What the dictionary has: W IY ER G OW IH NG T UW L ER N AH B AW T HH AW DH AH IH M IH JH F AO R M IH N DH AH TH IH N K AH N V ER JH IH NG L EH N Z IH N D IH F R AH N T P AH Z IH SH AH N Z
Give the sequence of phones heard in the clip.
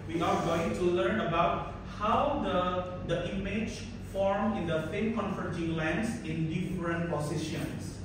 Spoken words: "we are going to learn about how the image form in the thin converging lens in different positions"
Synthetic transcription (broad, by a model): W IY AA G OW IH NG T UW L ER N AH B AW T HH AW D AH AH M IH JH F AO R M IH N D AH F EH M K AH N F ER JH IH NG L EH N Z IH N D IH F R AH N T P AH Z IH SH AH N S